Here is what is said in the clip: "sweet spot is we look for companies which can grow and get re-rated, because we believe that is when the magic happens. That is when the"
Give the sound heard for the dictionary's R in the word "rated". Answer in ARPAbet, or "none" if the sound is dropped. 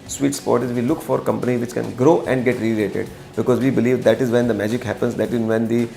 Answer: L